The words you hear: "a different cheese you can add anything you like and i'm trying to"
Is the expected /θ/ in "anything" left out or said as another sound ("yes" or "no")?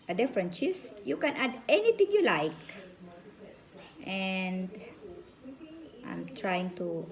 yes